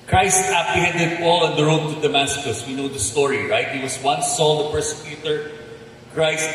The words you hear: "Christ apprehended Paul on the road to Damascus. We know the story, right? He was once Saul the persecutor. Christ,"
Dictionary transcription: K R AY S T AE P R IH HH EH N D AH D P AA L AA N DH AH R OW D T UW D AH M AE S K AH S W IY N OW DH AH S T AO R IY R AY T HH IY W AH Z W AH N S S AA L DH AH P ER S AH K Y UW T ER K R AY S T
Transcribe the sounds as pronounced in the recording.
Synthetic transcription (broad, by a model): K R AY S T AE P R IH HH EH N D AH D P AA L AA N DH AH R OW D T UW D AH M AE S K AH S W IY N OW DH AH S T AO R IY R AY T HH IY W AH S W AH N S S AA L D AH P ER S AH K Y UW T ER K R AY S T